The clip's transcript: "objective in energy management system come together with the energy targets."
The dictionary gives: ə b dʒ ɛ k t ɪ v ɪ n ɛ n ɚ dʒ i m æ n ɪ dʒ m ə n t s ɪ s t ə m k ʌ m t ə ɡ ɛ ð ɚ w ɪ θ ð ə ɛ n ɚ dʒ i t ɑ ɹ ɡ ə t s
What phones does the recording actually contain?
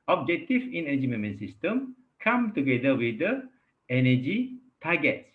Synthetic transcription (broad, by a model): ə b dʒ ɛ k t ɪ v ɪ n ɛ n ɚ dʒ i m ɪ m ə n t s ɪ s t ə m k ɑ m t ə ɡ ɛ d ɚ w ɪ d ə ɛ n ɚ dʒ i t ɑ ɡ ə t s